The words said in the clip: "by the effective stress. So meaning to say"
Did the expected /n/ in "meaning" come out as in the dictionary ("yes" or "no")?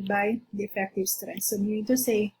no